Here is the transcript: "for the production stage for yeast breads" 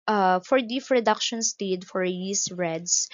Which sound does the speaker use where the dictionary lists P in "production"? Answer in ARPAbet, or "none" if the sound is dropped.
F